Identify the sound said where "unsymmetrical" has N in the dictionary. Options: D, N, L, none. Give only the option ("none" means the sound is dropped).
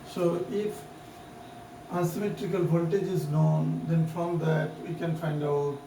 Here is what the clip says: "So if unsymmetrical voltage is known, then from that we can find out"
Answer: none